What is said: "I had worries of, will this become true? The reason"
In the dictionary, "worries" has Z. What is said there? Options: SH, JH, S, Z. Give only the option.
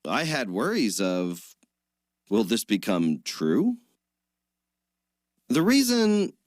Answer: Z